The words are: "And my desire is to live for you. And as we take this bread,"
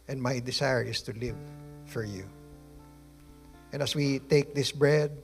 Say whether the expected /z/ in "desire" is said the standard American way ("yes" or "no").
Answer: no